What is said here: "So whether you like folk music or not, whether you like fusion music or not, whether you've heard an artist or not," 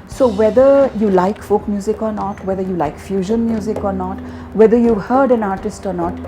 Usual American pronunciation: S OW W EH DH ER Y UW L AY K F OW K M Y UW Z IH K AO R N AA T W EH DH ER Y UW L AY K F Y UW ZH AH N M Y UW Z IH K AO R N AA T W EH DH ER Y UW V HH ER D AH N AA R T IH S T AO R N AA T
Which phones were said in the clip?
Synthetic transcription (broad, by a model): S OW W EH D ER Y UW L AY K F OW K M Y UW Z IH K AO R N AA T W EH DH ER Y UW L AY K F Y UW ZH AH N M Y UW Z IH K AO R N AA T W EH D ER Y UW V HH ER D AH N AA R T IH S T AO R N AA T